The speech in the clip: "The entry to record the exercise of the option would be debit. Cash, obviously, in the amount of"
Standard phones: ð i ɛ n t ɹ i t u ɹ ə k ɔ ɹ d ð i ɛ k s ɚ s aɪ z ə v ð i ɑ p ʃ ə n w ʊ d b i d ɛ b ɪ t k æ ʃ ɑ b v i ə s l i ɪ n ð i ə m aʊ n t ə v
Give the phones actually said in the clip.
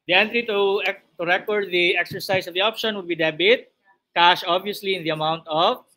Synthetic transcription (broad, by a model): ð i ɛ n t ɹ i t u ɹ ə k ɔ ɹ d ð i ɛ k s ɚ s aɪ s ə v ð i ɑ p ʃ ə n w ʊ d b i d ɛ b ɪ t k æ ʃ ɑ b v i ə s l i ɪ n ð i ə m aʊ n t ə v